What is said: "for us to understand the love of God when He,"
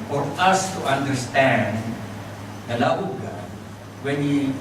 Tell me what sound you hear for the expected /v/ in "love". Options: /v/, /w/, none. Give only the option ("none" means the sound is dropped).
none